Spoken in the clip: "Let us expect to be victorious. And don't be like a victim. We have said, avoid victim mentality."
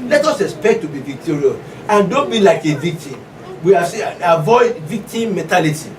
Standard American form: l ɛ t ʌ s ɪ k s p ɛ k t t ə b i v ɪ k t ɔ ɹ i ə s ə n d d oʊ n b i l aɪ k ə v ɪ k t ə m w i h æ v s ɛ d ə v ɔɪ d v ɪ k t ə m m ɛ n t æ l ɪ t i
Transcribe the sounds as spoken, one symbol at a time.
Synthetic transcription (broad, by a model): l ɛ t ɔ s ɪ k s p ɛ k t t ə b i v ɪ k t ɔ ɹ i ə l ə n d d oʊ n b i l aɪ k ə v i k t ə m w i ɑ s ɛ ə v ɔɪ d v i k t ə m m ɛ n t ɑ l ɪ t i